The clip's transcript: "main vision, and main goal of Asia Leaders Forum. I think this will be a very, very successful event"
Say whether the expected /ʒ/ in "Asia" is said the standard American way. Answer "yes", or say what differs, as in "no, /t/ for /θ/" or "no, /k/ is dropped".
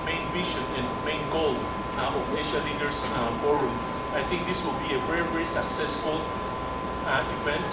no, /ʃ/ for /ʒ/